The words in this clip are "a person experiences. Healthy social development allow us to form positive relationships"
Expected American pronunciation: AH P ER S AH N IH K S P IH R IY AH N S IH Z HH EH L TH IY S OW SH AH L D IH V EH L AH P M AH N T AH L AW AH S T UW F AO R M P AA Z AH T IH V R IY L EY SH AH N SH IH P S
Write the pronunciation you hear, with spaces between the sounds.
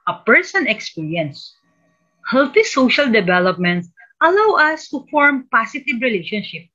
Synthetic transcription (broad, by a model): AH P ER S AH N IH K S P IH R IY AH N S HH EH L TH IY S OW SH AH L D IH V EH L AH P M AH N T AH L AW AH S T UW F AO R M P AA S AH T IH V R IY L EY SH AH N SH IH P